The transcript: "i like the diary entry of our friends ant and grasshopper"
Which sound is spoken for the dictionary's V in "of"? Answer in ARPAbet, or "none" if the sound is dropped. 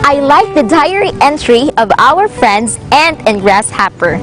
V